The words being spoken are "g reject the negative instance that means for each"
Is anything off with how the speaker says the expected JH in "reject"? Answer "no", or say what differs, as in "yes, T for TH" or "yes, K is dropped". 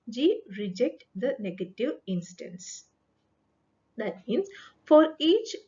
no